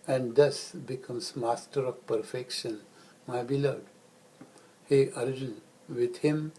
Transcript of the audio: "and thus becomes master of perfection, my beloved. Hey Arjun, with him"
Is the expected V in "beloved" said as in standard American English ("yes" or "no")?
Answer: no